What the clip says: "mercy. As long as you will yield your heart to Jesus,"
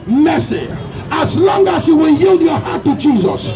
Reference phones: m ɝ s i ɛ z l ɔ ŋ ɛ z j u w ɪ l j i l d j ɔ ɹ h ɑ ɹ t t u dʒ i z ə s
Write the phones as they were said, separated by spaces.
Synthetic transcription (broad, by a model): m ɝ s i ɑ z l ɔ ŋ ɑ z j u w ɪ l j i l d j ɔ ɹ h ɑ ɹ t t u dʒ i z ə s